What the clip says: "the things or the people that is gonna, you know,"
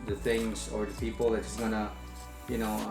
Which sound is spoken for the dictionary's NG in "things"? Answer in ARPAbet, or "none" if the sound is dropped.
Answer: NG